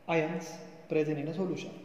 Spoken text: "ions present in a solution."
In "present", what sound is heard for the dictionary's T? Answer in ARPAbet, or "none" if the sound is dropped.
none